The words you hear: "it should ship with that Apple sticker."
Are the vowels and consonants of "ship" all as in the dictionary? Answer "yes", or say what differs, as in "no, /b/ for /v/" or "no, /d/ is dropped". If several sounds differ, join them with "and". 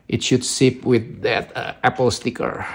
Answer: no, /s/ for /ʃ/